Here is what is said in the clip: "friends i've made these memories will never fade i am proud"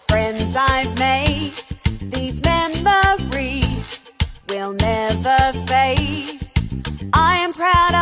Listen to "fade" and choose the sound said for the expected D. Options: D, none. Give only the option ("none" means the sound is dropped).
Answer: none